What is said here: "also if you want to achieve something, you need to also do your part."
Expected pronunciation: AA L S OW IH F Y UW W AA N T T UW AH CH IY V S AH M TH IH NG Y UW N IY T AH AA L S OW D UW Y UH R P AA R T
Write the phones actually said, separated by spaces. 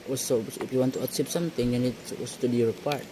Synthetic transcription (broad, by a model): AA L S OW IH F Y UW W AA N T T UW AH S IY P S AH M T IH NG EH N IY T AA L S OW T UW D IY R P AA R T